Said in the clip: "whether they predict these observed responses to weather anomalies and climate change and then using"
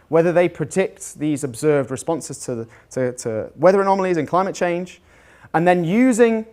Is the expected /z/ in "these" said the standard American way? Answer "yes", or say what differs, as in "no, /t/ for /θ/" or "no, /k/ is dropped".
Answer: yes